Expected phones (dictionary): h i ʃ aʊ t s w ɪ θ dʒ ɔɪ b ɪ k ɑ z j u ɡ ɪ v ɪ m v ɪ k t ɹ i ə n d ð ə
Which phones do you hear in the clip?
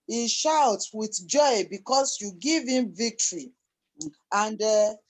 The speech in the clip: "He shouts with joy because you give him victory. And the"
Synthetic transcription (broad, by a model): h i ʃ aʊ t s w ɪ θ dʒ ɔɪ b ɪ k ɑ s j u ɡ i v ɪ m v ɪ k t ɹ i ə n d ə